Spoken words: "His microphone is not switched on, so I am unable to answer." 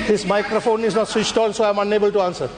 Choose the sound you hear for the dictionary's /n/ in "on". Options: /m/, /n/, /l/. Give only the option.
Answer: /l/